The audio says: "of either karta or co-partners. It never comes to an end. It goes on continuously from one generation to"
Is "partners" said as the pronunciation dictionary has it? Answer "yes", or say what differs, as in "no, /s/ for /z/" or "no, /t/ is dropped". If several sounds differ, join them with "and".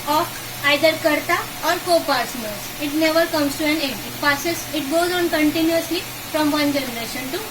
no, /s/ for /t/